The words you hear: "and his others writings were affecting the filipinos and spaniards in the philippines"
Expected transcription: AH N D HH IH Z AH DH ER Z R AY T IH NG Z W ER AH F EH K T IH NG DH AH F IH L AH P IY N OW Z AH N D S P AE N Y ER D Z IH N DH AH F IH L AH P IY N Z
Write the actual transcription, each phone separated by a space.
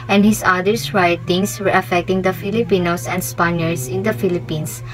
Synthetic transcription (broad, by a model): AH N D HH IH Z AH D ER S R AY T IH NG S W ER AH F EH K T IH NG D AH F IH L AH P IY N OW S AH N D S P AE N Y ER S IH N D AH F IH L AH P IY N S